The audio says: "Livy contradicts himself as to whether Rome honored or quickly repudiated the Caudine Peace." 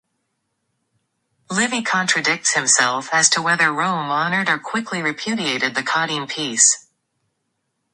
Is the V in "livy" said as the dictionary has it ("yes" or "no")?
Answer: yes